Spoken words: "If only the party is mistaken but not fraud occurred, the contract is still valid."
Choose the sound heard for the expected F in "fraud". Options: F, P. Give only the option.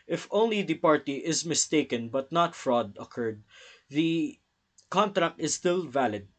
F